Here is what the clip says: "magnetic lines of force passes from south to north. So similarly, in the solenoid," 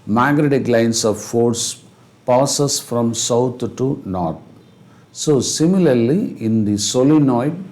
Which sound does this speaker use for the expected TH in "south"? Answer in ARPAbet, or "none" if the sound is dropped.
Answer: T